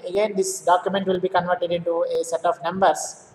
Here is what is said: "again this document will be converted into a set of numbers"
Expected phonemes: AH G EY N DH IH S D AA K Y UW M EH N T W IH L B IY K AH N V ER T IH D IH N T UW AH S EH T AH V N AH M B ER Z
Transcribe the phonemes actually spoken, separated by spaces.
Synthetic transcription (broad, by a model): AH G EY N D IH S D AA K Y UW M EH N T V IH L B IY K AH N V ER T IH D IH N T UW AH S EH T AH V N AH M B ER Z